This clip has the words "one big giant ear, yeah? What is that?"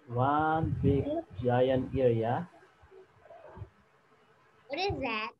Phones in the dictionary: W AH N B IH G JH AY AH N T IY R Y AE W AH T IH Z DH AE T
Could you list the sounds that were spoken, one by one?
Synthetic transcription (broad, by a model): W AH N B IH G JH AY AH N IY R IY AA W AH T IH Z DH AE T